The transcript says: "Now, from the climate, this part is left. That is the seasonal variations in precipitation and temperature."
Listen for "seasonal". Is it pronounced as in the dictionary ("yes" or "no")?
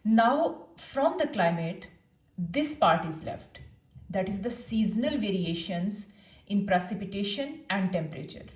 yes